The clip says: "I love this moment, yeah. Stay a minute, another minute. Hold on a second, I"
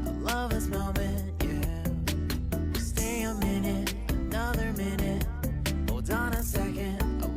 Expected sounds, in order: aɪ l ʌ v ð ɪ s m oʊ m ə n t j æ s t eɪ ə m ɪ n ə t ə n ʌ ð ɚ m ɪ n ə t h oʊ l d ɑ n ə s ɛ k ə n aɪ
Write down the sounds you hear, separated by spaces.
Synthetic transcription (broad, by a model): aɪ l ʌ v ð ɪ s m oʊ m ə n t j æ s t eɪ ə m ɪ n ə t ə n ʌ ð ɚ m ɪ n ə t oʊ d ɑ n ə s ɛ k ə n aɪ